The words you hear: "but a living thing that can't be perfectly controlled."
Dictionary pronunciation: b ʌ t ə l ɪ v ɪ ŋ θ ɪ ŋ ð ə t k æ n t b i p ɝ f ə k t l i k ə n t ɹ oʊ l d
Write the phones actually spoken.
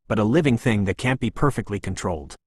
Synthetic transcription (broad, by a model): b ʌ t ə l ɪ v ɪ ŋ θ ɪ ŋ ð ə t k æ n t b i p ɝ f ə k t l i k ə n t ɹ oʊ l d